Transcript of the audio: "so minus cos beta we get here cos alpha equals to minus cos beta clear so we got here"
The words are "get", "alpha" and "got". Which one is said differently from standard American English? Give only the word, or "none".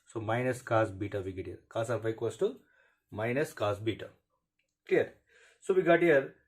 alpha